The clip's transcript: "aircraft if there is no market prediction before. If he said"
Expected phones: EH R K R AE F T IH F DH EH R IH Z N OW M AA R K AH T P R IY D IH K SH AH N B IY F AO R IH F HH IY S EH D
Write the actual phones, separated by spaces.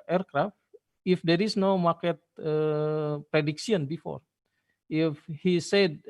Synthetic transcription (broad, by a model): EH R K R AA F T IH F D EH R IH S N OW M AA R K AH T P R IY D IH K S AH N B IY F AO R IH F HH IY S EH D